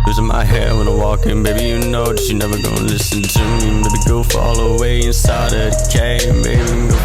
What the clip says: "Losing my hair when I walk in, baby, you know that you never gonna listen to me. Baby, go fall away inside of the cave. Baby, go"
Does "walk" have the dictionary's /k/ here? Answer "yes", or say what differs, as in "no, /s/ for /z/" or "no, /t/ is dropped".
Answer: yes